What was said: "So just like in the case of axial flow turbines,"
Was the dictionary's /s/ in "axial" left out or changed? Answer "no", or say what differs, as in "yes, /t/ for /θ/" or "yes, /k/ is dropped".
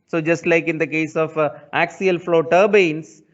no